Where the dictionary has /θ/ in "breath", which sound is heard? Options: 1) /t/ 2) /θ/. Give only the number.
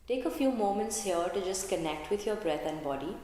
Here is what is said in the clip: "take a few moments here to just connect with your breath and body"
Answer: 1